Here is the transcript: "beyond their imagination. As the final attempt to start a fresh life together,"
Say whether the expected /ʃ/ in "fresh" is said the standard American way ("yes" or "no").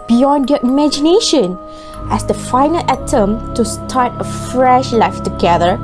yes